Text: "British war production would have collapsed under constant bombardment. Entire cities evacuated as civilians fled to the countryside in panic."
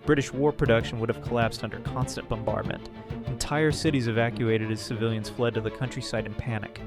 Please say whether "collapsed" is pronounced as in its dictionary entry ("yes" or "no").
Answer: yes